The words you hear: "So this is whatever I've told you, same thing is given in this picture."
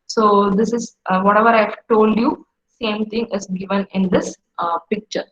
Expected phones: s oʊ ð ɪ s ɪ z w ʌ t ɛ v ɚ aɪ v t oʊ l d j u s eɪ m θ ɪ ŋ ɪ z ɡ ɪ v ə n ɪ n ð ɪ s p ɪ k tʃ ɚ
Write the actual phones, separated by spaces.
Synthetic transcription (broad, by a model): s oʊ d ɪ s ɪ z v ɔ t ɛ v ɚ aɪ v t oʊ l d j u s eɪ m t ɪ ŋ ɪ z ɡ ɪ v ə n ɪ n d ɪ s p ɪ k tʃ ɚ